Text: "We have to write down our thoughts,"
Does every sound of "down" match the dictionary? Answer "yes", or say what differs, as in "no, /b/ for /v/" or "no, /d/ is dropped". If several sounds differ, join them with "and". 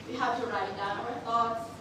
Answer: no, /n/ is dropped